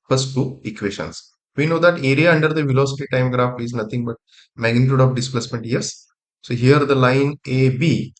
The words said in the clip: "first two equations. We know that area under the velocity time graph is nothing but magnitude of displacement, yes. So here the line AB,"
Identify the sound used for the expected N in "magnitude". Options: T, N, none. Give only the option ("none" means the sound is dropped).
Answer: N